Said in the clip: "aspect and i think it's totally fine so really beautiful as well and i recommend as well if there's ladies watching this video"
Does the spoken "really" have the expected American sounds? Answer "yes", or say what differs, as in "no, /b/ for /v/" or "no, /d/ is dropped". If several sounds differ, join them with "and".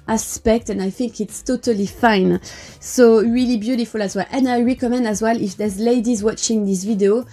yes